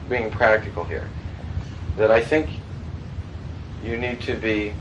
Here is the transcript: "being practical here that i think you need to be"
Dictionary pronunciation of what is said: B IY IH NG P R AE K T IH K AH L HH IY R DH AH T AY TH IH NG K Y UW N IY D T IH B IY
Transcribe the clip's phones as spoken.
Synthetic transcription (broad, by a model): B IY IH NG P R AE K T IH K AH L HH IY R DH AH T AY TH IH NG K Y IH N IY D T IH B IY